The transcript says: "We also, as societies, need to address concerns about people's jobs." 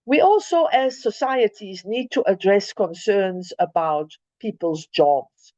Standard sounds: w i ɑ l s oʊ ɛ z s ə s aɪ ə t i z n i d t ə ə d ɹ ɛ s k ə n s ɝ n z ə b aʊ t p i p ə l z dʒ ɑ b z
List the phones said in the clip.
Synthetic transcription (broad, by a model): w i ɑ l s oʊ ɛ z s ə s aɪ ə t i z n i d t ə ə d ɹ ɛ s k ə n s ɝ n z ə b aʊ t p i p ə l z dʒ ɑ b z